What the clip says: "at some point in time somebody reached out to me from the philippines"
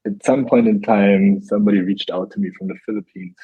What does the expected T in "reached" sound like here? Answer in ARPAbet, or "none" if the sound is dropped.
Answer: T